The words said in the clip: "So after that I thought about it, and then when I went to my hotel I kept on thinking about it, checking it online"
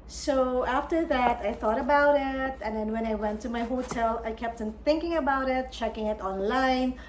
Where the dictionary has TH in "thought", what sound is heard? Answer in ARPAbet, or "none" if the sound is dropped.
TH